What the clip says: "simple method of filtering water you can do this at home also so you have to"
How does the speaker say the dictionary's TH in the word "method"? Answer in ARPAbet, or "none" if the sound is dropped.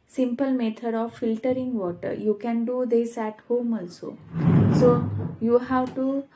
T